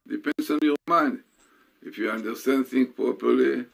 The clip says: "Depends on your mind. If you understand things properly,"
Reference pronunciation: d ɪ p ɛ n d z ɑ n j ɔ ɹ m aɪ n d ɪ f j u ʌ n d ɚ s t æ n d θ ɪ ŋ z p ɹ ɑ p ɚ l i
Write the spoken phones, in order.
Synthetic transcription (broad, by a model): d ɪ p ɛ n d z ɑ n j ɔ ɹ m aɪ n d ɪ f j u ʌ n d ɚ s t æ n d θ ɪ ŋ p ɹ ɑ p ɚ l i